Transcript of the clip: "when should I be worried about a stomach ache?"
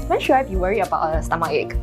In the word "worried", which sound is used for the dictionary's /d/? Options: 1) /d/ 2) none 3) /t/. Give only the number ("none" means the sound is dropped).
2